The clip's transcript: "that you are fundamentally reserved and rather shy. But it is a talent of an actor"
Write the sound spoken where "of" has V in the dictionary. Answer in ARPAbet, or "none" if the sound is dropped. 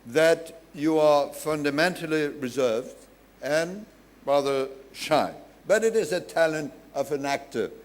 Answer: V